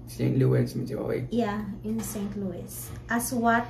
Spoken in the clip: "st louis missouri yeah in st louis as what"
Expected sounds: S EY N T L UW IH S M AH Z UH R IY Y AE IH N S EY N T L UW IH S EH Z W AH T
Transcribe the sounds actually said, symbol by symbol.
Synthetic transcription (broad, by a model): S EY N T L UW IH S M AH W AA W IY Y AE IH N S EY N T L UW IH S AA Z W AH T